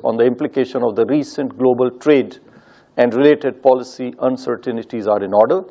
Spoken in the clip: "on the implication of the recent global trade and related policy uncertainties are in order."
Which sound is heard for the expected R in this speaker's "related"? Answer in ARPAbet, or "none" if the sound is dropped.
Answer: R